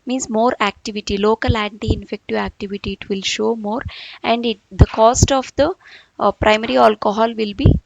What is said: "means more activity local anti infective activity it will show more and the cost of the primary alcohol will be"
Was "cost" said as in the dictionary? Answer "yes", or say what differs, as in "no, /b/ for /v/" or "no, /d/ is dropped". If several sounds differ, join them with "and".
yes